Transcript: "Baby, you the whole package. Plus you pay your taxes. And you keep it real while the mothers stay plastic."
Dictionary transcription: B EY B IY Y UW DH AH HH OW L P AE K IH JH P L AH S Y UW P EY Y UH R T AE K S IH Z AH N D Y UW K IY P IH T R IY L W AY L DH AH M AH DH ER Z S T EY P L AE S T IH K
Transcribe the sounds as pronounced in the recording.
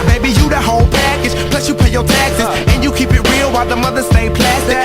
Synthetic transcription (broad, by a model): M EY B IY Y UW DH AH HH OW L P AE K IH JH P L AH S Y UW P EY Y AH R T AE K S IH S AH N Y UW K IY P IH T R IY L W AY L DH AH M AH DH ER S T EY P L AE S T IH